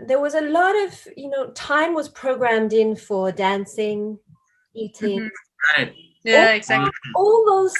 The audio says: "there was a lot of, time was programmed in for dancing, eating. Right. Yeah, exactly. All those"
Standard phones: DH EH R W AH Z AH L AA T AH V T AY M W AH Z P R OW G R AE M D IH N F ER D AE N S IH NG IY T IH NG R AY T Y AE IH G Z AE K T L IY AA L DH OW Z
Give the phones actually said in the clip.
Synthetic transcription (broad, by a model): DH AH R W AH Z AH L AA T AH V T AY M W AH Z P R OW G R AE M D IH N F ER D AE N S IH NG IY T IH NG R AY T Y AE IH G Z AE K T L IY AA L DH OW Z